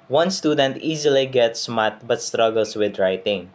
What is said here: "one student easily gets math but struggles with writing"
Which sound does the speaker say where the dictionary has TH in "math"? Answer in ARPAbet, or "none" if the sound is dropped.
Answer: T